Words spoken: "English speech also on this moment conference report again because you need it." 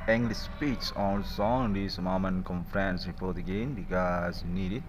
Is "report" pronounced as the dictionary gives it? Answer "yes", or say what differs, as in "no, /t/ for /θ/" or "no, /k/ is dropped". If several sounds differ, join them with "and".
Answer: no, /f/ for /p/